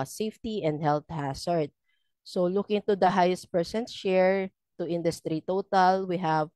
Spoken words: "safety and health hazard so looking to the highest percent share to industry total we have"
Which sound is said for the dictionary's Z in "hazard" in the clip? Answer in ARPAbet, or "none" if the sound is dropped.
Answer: S